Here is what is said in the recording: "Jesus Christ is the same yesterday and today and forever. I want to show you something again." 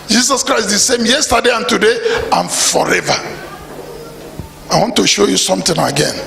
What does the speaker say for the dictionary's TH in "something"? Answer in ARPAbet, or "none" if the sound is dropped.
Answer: T